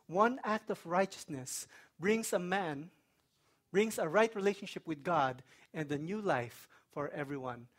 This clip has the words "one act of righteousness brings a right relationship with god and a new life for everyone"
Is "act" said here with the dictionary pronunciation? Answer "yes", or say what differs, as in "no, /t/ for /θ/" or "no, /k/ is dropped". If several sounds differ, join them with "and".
yes